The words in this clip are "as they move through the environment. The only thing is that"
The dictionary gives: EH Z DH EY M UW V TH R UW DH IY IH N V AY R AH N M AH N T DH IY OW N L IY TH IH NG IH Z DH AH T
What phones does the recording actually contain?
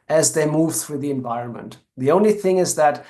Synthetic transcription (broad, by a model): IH Z DH EY M UW V TH R UW DH IY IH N V AY R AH N M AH N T DH IY OW N L IY TH IH NG IH Z DH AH T